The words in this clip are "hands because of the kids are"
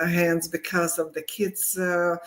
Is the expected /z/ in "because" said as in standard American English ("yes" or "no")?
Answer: yes